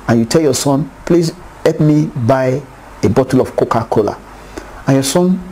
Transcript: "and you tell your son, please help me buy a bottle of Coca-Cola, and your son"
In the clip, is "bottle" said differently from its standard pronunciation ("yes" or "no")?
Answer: no